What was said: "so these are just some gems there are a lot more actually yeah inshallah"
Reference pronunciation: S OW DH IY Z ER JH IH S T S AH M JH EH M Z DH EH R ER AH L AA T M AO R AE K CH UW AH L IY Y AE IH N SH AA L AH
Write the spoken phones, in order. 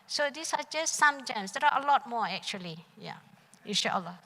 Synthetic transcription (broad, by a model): S OW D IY S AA JH IH S T S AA M JH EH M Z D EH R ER AH L AA T M AO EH K CH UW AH L IY Y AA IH N SH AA L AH